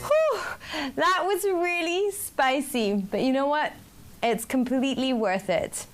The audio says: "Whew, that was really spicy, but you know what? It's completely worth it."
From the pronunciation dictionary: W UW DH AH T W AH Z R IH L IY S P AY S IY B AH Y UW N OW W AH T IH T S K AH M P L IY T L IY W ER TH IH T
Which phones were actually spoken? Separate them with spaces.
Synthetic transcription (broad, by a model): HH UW DH AH T W AH Z R IH L IY S P AY S IY B AH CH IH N OW W AH T IH T S K AH M P L IY T L IY W ER TH IH T